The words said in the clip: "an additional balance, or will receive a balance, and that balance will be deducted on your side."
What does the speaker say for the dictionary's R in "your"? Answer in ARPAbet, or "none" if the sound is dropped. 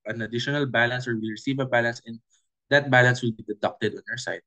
W